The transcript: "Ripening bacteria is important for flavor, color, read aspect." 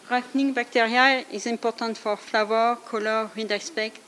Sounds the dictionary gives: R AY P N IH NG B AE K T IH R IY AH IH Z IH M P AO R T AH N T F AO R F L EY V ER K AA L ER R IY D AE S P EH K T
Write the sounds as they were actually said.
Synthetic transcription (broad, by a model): R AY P N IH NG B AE K T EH R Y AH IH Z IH P AO R T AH T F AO R F L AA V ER K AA L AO R IY D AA S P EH K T